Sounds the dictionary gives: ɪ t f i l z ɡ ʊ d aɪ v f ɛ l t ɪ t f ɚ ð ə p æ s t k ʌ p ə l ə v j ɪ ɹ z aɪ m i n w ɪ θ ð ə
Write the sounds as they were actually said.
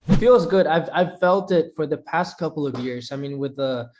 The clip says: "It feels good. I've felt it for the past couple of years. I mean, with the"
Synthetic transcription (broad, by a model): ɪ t f i l z ɡ ʊ d aɪ v f ɛ l t ɪ t f ɚ ð ə p æ s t k ʌ p l ə v j ɪ ɹ z aɪ m i n w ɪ ð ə